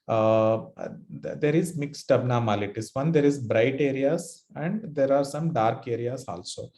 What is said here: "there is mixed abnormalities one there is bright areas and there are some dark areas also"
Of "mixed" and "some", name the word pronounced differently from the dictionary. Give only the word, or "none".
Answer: none